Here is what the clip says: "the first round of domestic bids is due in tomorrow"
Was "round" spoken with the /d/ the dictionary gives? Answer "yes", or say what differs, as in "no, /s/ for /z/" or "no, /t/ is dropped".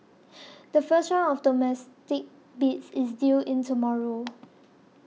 no, /d/ is dropped